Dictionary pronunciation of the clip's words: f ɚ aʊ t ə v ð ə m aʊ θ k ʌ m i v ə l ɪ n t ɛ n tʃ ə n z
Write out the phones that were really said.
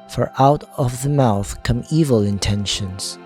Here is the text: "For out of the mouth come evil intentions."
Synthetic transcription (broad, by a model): f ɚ aʊ t ə v ð ə m aʊ θ k ʌ m i v ə l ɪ n t ɛ n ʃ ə n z